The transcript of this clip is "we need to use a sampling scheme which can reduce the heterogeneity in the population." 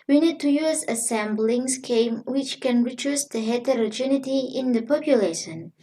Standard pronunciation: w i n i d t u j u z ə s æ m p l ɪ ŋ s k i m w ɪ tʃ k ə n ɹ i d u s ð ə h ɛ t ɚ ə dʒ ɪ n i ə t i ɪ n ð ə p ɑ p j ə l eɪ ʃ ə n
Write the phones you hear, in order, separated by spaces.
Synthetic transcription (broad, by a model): w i n i d t u j u z ə s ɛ m b l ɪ ŋ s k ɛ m w ɪ tʃ k ə n ɹ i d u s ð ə h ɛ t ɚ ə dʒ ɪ n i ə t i ɪ n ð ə p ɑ p j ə l eɪ ʃ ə n